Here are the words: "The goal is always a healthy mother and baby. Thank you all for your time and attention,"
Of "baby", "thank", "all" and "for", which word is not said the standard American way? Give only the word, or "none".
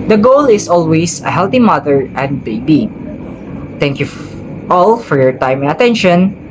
thank